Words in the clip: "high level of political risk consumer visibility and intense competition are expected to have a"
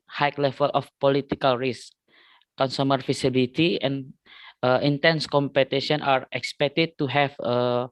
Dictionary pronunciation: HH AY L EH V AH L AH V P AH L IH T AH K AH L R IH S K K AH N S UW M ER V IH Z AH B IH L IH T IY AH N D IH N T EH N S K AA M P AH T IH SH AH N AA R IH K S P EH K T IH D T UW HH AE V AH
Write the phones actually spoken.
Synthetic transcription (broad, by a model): HH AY L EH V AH L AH F P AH L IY T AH K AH L R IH S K K AH N S UW M ER F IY S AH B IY L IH T IY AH N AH IH N T EH N S K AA M P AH T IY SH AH N AA R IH K S P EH K T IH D T UW HH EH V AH